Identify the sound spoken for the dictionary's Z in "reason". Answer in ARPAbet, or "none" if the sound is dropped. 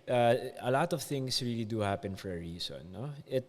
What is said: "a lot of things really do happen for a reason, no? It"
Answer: S